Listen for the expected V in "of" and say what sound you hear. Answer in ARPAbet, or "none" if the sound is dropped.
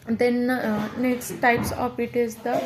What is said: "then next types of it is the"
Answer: P